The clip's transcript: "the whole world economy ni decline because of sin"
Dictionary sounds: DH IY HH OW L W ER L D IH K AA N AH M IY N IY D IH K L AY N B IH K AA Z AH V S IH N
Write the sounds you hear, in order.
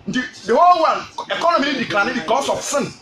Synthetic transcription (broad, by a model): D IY HH OW L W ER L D IH K AA N AH M IY L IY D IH K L AY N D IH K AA S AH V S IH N